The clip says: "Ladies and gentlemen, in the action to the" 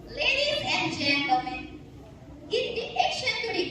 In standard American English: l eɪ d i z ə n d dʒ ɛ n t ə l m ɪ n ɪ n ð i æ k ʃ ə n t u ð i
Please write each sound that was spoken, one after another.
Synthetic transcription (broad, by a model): l eɪ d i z ə n d dʒ ɛ n t ə l m ɪ n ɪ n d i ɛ k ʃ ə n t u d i